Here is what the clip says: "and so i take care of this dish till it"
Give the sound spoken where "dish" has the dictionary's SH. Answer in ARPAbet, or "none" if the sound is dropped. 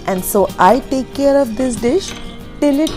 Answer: SH